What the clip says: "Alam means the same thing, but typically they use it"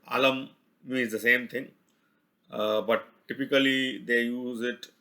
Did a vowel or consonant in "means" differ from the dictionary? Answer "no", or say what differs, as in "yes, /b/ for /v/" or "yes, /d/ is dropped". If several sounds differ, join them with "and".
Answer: yes, /n/ is dropped